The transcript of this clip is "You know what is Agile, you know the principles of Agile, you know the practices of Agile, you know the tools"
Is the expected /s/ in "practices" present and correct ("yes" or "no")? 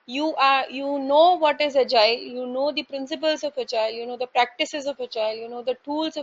yes